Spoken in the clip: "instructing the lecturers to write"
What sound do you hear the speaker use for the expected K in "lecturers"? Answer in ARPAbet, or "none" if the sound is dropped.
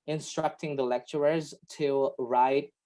K